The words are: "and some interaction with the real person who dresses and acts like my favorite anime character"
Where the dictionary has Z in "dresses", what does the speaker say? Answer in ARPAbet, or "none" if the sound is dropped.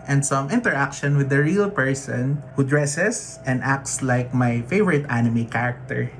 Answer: S